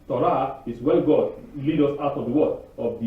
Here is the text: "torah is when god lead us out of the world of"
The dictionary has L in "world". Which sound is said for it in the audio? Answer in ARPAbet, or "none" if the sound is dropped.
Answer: none